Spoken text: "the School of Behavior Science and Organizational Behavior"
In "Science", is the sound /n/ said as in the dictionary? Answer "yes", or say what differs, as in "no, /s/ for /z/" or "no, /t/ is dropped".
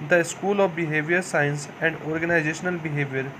yes